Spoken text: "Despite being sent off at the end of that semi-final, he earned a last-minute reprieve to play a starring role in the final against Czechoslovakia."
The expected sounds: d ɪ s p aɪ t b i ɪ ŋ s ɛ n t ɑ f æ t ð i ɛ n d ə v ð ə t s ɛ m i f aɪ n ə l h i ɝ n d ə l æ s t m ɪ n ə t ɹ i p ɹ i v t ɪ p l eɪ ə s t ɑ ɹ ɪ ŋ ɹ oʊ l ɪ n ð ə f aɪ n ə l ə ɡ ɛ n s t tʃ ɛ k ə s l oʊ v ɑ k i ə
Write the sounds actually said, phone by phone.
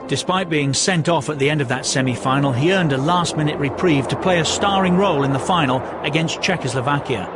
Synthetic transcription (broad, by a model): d ɪ s p aɪ t b i ɪ ŋ s ɛ n t ɑ f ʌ t ð i ɛ n d ə v ð ə t s ɛ m i f aɪ n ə l i ɝ n d ə l æ s t m ɪ n ə t ɹ i p ɹ i v t ɪ p l eɪ ə s t ɑ ɹ ɪ ŋ ɹ oʊ l ɪ n ð ə f aɪ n l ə ɡ ɛ n s tʃ ɛ k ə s l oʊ v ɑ k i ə